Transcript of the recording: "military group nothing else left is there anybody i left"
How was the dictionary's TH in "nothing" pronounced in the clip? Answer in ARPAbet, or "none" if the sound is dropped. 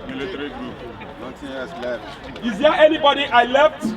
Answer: T